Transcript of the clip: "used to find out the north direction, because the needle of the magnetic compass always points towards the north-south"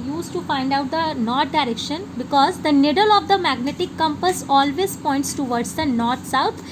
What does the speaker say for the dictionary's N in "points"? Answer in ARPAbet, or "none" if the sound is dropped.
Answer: N